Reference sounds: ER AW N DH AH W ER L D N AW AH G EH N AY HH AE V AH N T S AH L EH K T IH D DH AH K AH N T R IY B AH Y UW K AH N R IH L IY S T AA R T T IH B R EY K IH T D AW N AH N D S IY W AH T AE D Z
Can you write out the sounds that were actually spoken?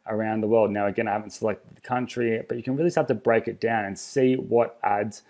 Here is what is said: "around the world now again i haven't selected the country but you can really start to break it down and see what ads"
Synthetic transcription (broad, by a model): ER AW N DH AH W ER L D N AW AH G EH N AY HH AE V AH N T S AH L EH K T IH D DH AH K AH N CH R IY B AH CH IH K N R IH L IY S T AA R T T IH B R EY K IH T D AW N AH N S S IY W AH T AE D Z